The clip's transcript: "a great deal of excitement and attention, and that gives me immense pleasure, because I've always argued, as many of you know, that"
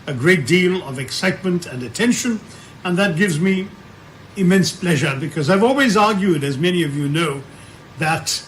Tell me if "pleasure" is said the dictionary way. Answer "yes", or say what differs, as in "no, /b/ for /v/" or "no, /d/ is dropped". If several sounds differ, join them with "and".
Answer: yes